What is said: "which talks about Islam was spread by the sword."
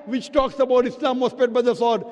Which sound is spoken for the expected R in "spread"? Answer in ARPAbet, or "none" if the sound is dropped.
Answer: none